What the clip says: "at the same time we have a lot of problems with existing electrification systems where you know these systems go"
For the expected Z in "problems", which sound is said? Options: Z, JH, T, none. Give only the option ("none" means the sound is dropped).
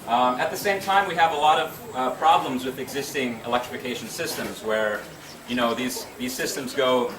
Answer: Z